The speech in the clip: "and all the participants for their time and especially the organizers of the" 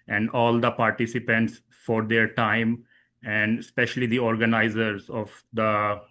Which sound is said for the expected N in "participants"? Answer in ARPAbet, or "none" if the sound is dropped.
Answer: N